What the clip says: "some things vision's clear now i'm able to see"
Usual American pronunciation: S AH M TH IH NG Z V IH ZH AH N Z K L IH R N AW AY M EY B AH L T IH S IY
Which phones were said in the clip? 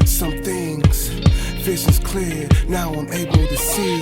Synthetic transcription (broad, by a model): S AH M TH IH NG Z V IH SH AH Z K L IH R N AW AY M EY B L T IH S IY